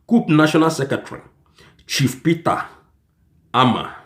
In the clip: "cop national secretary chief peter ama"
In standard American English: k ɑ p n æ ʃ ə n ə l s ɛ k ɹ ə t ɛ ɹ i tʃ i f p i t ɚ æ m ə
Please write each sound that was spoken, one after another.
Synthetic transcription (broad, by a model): k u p n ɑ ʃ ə n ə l s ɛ k ə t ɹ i tʃ i f p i t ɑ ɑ m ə